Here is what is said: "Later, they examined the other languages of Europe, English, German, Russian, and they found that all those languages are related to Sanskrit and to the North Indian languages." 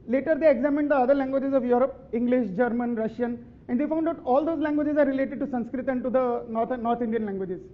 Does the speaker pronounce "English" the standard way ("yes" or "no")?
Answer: yes